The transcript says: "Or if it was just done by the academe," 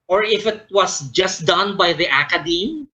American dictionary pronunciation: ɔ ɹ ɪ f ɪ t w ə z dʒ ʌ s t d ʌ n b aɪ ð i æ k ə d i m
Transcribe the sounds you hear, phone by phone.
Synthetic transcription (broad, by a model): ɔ ɹ ɪ f ɪ t w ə s dʒ ʌ s t d ʌ n b aɪ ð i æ k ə d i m